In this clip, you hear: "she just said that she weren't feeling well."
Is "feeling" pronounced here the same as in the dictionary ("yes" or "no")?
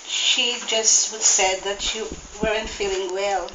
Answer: yes